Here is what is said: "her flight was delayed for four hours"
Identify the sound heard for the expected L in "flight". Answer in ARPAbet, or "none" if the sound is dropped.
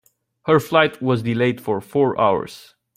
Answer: L